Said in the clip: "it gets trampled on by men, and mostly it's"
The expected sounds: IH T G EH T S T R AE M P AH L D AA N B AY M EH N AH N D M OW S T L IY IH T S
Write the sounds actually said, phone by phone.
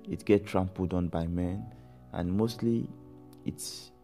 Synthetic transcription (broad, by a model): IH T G EH T T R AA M P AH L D AA N B AY M EH N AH N M OW S T L IY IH T S